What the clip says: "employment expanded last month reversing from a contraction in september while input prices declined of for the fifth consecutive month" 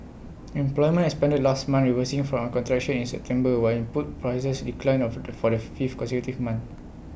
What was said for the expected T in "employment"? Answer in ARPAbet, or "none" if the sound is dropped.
none